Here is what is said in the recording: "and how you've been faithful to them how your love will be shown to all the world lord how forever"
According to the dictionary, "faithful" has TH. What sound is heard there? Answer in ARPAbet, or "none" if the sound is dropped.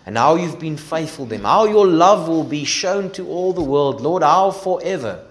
TH